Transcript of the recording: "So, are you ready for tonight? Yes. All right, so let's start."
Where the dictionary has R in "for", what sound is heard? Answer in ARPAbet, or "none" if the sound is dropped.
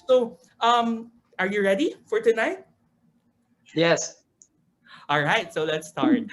R